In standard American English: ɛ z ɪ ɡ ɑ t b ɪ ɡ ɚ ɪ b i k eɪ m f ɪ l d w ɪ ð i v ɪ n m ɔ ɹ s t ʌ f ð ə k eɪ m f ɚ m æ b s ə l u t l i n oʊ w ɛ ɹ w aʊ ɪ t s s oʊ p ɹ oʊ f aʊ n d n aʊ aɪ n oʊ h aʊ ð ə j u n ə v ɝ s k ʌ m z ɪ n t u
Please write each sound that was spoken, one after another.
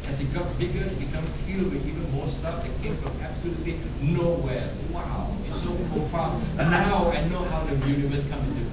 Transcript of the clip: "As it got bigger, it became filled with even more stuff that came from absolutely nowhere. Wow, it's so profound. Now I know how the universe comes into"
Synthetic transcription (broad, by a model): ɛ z ɪ ɡ ɑ t b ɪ ɡ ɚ ɪ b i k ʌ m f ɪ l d w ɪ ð i v ɪ n m ɔ s t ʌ f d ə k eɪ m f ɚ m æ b s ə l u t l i n oʊ w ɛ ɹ w aʊ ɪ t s s oʊ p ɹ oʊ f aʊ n n aʊ aɪ n oʊ h aʊ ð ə j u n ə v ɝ s k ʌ m ɪ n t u